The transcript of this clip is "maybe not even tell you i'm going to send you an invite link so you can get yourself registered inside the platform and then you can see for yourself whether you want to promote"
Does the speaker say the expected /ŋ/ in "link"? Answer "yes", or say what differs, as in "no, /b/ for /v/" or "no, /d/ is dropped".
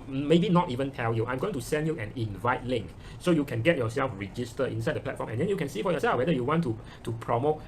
yes